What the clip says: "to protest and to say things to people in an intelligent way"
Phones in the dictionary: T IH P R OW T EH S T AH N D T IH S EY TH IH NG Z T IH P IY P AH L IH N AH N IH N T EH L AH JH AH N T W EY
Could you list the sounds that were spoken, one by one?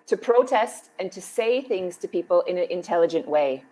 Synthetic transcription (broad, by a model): T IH P R OW T EH S T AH N T IH S EY TH IH NG Z T IH P IY P AH L IH N AH N IH N T EH L AH JH AH N T W EY